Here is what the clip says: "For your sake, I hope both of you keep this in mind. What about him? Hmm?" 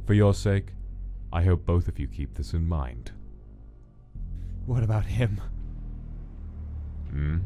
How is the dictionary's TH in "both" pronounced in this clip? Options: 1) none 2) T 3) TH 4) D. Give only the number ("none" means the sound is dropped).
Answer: 3